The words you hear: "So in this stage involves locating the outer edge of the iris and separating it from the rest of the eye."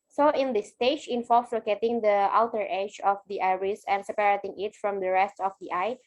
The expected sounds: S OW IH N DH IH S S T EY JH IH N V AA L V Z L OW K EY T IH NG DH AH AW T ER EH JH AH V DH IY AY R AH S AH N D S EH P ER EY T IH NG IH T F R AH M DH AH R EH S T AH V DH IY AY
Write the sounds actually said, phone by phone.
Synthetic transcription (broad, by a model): S OW IH N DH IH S S T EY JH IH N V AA L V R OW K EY T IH NG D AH AW T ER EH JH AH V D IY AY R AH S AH N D S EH P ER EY T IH NG IH T F R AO M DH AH R EH S T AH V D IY AY